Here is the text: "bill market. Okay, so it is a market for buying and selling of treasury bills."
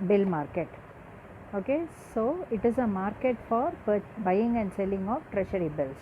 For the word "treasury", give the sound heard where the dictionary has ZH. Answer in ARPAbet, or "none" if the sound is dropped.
SH